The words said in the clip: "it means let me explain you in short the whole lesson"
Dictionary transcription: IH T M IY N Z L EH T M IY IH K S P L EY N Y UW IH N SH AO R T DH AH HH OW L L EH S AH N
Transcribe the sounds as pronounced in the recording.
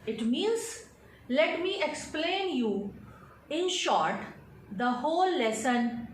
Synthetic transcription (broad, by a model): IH T M IY N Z L EH T M IY IH K S P L EY N Y UW IH N SH AO R T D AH HH OW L L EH S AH N